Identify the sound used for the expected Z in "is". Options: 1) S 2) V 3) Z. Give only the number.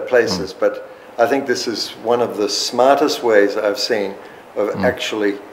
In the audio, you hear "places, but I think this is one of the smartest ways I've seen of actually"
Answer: 3